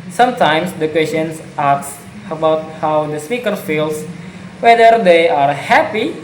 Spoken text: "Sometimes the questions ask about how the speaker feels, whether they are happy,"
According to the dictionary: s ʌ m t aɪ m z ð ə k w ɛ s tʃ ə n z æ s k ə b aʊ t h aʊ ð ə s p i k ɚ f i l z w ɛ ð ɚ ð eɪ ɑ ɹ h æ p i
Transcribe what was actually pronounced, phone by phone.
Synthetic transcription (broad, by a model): s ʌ m t aɪ m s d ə k w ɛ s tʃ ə n s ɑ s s ə b aʊ t h aʊ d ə s p i k ɚ f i l s w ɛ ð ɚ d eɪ ɑ ɹ h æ p i